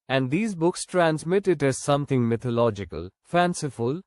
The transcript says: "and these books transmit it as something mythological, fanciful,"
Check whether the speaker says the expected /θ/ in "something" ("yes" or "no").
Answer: no